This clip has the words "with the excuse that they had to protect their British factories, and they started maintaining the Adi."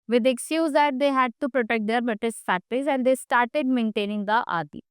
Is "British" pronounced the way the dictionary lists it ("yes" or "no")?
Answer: no